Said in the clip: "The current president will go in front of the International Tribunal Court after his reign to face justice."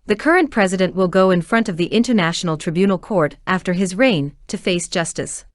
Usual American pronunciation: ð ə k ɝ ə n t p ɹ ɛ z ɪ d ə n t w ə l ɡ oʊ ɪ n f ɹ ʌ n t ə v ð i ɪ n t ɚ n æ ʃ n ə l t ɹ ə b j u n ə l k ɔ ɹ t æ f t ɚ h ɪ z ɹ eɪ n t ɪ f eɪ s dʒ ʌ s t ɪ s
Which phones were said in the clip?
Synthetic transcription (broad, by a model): ð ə k ɝ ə n p ɹ ɛ z ɪ d ə n t w ə l ɡ oʊ ɪ n f ɹ ʌ n t ə v ð i ɪ n t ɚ n æ ʃ n l t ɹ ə b j u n l k ɔ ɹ t æ f t ɚ ɪ z ɹ eɪ n t ɪ f eɪ s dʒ ʌ s t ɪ s